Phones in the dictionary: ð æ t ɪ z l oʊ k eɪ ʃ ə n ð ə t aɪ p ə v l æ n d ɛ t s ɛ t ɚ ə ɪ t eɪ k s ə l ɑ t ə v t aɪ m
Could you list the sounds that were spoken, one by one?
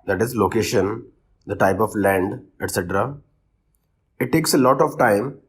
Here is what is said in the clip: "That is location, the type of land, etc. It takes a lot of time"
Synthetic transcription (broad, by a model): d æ t ɪ z l oʊ k eɪ ʃ ə n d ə t aɪ p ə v l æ n d ɛ t s ɛ t ɚ ə ɪ t eɪ k s ə l ɑ t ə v t aɪ m